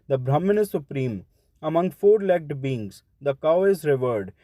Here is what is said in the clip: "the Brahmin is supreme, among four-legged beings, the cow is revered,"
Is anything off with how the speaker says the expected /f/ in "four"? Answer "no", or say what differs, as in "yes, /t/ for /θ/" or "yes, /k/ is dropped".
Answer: no